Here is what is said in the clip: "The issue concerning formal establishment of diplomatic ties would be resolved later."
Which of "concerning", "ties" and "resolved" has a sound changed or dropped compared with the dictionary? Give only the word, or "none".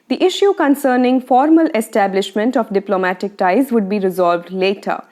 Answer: none